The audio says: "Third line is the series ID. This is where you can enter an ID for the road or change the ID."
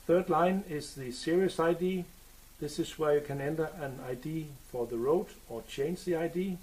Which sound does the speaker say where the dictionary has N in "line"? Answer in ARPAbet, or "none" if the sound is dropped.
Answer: N